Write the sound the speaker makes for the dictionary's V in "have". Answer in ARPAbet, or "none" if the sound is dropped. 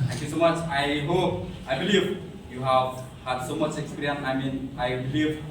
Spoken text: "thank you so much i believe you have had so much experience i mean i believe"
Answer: V